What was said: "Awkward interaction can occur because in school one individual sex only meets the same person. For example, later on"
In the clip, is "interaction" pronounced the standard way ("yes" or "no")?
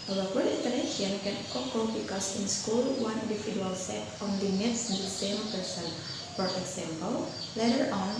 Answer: no